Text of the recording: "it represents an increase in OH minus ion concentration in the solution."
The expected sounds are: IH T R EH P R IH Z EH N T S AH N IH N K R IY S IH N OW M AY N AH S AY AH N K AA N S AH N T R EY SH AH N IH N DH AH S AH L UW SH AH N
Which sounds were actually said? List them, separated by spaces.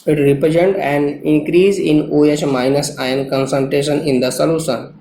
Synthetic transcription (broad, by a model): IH T R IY P R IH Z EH N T AH N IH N K R IY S IH N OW M AY N AH S AY AH N K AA N S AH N T R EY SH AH N IH N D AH S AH L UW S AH N